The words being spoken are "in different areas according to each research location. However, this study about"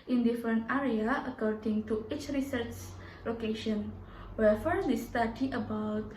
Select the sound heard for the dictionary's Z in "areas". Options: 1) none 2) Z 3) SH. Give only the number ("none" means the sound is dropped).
1